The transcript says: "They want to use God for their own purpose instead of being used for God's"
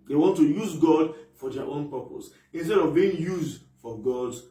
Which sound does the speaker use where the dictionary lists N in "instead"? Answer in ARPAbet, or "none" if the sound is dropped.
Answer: N